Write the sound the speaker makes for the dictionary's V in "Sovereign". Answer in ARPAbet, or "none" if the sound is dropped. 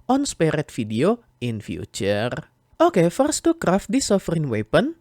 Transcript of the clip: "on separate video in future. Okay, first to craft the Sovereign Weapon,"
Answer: F